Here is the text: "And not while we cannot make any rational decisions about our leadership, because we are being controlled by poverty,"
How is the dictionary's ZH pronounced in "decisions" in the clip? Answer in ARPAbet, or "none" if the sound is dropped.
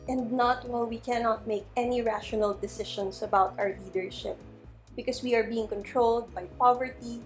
SH